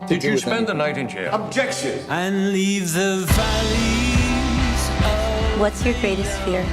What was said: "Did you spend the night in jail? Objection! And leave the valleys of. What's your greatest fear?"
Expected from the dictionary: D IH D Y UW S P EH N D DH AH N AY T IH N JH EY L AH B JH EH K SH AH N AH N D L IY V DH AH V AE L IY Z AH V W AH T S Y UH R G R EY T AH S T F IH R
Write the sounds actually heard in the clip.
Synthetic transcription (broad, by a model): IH S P EH N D DH AH N AY T IH N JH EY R AH B JH EH K SH AH N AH N L IY V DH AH V AE L IY Z W AH T S Y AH R G R EY T AH S T F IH R